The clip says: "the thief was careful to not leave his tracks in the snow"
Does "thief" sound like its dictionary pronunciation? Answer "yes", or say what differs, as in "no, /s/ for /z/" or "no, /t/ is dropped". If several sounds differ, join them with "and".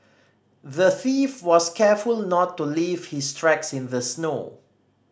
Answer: yes